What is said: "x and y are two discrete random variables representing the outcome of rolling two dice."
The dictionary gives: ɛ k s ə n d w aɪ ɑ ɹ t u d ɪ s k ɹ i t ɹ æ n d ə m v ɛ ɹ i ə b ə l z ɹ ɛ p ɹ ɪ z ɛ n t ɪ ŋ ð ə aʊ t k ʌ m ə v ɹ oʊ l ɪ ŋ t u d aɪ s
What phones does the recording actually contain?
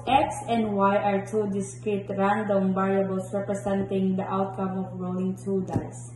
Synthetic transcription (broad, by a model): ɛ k s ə n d w aɪ ɑ ɹ t u d ɪ s k ɹ i t ɹ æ n d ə m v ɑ ɹ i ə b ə l s ɹ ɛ p ɹ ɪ s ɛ n t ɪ ŋ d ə aʊ t k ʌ m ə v ɹ oʊ l ɪ ŋ t u d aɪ s